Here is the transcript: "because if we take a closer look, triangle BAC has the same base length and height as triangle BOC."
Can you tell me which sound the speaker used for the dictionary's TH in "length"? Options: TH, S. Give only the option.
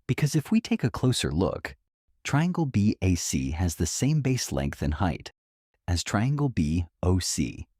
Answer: TH